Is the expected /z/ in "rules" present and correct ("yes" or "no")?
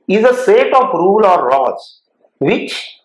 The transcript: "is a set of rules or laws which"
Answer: no